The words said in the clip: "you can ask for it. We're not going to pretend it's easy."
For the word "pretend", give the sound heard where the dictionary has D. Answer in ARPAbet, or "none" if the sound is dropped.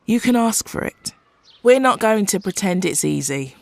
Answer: D